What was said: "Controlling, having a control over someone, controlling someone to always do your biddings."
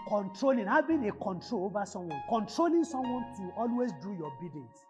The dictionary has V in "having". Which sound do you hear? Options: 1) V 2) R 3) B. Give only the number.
3